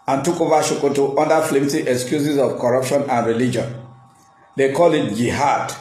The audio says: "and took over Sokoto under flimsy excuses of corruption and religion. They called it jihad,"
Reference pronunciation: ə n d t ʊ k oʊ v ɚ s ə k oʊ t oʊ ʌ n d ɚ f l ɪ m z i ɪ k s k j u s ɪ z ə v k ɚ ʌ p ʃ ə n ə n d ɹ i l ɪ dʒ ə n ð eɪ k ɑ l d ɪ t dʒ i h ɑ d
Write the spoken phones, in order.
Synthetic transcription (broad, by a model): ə n t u k oʊ v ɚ ʃ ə k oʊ t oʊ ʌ n d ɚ f l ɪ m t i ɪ k s k j u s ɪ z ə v k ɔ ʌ p ʃ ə n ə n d ɹ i l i dʒ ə n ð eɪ k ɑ l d ɪ t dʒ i h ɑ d